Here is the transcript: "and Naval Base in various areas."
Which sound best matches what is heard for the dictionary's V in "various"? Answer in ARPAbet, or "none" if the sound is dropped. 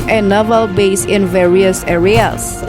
V